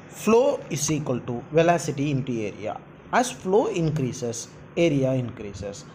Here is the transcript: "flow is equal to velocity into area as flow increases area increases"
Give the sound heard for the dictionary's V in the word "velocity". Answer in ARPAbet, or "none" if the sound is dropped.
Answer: V